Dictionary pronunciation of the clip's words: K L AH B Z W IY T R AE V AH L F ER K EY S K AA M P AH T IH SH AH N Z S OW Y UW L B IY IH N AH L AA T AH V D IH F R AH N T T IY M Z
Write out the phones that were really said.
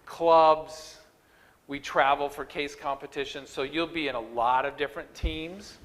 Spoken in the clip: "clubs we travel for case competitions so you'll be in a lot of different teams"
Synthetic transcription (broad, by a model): K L AH B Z W IY T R AE V L F ER K EY S K AA M P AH T IH SH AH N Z S OW Y UW L B IY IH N AH L AA T AH V D IH F R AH N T T IY M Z